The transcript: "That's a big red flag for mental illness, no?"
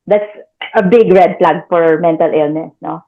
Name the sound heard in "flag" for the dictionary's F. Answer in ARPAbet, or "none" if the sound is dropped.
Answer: P